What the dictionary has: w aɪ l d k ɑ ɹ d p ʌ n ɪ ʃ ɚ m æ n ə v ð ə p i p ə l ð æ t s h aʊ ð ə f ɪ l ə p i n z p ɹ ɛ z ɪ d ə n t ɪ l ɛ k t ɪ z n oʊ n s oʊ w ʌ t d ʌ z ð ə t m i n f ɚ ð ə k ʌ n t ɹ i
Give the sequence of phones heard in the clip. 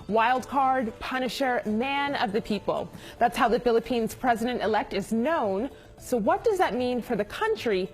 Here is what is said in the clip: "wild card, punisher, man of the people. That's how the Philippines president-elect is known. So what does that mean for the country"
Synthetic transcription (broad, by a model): w aɪ l d k ɑ ɹ d p ʌ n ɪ ʃ ɚ m æ n ə v ð ə p i p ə l ð æ t s h aʊ ð ə f ɪ l ə p i n z p ɹ ɛ z ɪ d ə n t ɪ l ɛ k t ɪ z n oʊ n s oʊ w ʌ t d ʌ z ð ə t m i n f ɚ ð ə k ʌ n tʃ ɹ i